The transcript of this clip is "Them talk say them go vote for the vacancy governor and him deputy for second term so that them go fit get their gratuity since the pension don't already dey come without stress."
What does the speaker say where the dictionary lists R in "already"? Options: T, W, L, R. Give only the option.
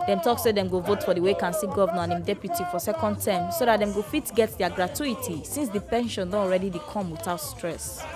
R